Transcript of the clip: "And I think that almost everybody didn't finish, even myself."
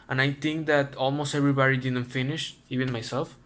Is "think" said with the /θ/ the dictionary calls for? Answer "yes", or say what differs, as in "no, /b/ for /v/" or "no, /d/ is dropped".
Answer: no, /t/ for /θ/